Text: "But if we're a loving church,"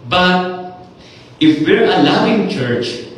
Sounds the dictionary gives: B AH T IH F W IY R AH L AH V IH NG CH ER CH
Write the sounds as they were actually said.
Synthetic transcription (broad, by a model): B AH T IH F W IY R AH L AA W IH NG CH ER CH